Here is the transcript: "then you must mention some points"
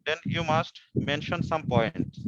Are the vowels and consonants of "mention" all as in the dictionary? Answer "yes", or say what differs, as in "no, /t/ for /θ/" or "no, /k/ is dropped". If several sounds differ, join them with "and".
yes